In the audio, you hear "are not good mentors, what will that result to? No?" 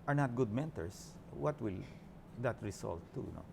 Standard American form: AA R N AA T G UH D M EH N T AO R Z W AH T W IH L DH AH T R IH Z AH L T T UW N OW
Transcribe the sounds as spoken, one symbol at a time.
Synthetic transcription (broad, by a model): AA R N AA T G UH D M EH N T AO R S W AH T W IH L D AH T R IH S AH L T T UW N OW